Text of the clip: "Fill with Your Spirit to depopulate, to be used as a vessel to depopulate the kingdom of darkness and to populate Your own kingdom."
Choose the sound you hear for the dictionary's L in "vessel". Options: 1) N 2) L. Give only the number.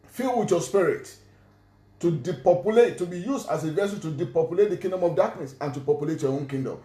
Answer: 1